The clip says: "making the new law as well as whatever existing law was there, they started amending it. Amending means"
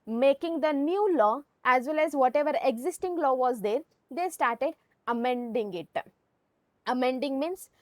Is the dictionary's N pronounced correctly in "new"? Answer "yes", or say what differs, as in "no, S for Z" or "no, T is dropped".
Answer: yes